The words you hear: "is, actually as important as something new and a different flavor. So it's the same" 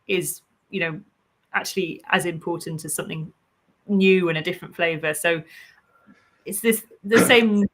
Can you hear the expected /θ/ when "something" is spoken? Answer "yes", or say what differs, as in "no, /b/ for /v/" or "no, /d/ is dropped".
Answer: yes